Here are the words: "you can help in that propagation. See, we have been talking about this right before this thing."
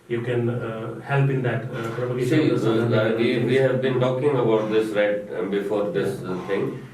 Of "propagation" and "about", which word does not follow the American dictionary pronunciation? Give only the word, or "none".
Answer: propagation